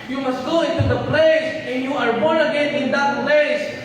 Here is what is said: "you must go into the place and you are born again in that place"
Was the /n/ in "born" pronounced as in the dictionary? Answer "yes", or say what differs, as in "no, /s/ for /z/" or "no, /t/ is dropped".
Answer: no, /n/ is dropped